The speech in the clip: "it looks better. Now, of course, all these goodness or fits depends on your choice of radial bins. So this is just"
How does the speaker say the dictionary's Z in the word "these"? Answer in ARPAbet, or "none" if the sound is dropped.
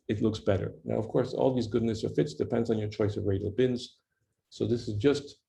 Z